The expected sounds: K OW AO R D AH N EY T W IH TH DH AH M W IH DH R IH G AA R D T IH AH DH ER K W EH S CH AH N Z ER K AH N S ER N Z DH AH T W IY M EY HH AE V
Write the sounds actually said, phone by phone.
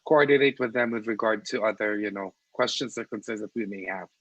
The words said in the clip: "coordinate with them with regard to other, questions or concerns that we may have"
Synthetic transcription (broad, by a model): K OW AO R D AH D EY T W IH DH AH M W IH DH R IH G AA R D T IH AH DH ER K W EH S CH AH N S ER K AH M S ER Z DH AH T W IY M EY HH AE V